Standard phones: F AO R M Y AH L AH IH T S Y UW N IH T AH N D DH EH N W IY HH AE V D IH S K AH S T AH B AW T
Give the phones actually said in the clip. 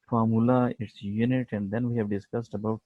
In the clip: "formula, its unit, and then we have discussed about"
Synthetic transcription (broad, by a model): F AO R M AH L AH IH T S Y UW N IH T AH N D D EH N W IY HH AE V D IH S K AH S T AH B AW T